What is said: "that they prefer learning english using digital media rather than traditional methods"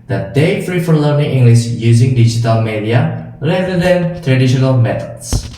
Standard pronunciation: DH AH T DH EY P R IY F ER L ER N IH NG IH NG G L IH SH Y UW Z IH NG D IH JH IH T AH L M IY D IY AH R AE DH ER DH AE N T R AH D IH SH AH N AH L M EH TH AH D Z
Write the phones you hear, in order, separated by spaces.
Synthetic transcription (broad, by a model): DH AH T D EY F R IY F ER L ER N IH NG IH NG G L IH SH Y UW Z IH NG D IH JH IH T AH L M IY D IY AH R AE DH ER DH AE N T R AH D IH SH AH N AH L M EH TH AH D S